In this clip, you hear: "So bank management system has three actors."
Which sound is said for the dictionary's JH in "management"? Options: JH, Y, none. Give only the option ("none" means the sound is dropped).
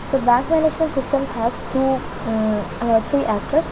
JH